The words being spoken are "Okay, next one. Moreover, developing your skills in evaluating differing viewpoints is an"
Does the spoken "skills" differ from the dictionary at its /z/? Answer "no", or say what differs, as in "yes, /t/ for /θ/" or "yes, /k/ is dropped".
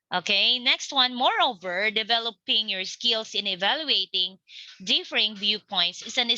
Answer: yes, /s/ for /z/